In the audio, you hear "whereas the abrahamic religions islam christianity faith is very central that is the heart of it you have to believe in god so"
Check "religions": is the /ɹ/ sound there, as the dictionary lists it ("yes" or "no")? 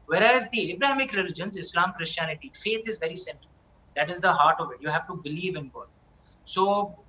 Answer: yes